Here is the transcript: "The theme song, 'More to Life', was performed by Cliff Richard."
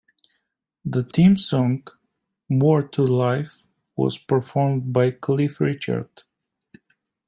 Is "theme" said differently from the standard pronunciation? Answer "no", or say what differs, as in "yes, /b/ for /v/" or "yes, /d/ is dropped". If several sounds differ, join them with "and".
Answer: yes, /t/ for /θ/